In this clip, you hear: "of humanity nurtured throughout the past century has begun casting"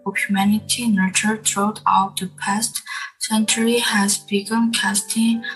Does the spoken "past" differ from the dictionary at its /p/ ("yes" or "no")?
no